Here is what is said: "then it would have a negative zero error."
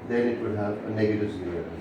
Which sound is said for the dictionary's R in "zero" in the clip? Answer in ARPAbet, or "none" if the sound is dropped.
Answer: none